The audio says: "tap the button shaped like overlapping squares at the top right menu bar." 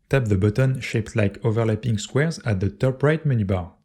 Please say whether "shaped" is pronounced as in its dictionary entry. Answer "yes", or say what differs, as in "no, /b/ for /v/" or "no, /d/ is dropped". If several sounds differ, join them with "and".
yes